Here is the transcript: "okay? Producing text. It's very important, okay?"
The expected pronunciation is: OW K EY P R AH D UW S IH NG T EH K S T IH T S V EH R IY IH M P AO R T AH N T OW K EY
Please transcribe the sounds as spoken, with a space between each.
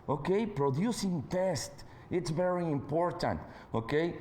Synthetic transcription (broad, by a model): OW K EY P R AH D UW S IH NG T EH S T IH T S V EH R IY IH M P AO R T AH N T OW K EY